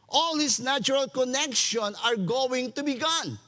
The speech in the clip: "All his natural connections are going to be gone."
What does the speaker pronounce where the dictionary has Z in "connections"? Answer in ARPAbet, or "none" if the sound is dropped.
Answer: none